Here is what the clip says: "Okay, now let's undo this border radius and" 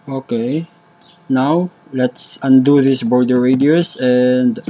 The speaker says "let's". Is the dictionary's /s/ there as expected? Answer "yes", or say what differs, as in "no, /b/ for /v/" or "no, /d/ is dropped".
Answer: yes